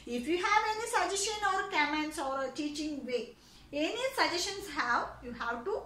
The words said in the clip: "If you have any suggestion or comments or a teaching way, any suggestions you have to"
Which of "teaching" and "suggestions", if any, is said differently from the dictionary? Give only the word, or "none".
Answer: suggestions